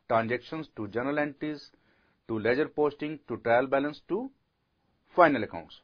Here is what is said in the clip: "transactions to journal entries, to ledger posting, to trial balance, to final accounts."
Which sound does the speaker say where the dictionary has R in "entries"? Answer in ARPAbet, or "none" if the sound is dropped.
none